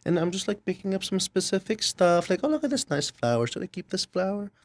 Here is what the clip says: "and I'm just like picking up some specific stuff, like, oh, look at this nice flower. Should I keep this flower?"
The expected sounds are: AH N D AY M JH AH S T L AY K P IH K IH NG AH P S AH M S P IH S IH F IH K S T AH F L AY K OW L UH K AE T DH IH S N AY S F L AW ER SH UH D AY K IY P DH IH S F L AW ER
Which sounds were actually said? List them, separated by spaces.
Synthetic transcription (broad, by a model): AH N AY M JH AH S T L AY K P IH K IH NG AH P S AH M S P IH S IH F IH K S T AH F L AY K OW L UH K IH T DH IH S N AY S F L AW ER S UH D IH K IY P DH IH S F L AW ER